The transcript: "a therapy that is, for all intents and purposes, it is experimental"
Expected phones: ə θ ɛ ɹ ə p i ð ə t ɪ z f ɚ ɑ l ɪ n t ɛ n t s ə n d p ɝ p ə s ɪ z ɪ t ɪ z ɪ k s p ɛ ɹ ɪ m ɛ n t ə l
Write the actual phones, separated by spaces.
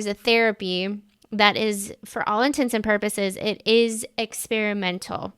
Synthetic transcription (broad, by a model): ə θ ɛ ɹ ə p i ð ə t ɪ z f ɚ ɑ l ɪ n t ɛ n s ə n p ɝ p ə s ɪ z ɪ t ɪ z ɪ k s p ɛ ɹ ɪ m ɛ n t l